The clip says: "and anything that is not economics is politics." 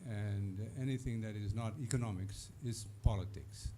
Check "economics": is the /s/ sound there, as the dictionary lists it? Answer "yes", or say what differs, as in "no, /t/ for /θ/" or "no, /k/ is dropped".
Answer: yes